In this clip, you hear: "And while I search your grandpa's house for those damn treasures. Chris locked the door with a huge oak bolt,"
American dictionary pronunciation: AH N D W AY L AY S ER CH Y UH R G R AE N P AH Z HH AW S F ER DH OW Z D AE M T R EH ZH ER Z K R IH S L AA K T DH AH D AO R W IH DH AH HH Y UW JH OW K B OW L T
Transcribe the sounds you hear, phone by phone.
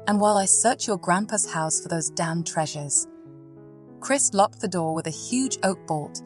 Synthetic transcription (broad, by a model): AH N W AY L AY S ER CH Y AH R G R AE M P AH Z HH AW S F ER DH OW Z D AE M T R EH ZH ER Z K R IH S L AA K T DH AH D AO R W IH DH AH HH Y UW JH OW K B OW L T